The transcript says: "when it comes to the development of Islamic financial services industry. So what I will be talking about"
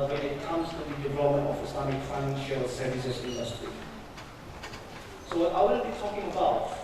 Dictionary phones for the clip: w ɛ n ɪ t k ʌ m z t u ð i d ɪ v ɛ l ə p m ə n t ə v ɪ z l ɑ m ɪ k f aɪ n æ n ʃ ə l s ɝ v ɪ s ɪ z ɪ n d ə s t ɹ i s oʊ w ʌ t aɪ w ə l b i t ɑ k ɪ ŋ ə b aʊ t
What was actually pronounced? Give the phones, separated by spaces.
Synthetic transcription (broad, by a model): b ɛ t ɪ t k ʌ m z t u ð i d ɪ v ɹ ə m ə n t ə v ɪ s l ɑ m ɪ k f aɪ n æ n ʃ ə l s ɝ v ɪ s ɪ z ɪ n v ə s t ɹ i s oʊ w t aɪ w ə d b i t ɑ k ɪ ŋ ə b aʊ t